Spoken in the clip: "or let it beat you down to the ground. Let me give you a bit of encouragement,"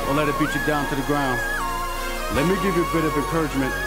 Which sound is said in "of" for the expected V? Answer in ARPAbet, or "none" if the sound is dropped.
V